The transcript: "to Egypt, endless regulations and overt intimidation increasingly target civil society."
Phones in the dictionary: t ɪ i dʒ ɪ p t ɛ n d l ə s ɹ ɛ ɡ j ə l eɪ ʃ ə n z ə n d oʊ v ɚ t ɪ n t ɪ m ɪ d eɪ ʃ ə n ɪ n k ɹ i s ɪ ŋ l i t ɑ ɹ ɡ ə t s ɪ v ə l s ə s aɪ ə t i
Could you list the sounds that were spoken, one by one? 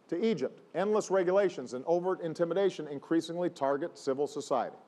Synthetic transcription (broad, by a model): t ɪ i dʒ ɪ p t ɛ n d l ə s ɹ ɛ ɡ j ə l eɪ ʃ ə n z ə n oʊ v ɚ t ɪ n t ɪ m ɪ d eɪ ʃ ə n ɪ n k ɹ i s ɪ ŋ l i t ɑ ɹ ɡ ə t s ɪ v l s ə s aɪ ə t i